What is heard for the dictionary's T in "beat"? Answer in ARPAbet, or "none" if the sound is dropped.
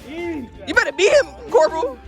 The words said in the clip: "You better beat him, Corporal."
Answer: none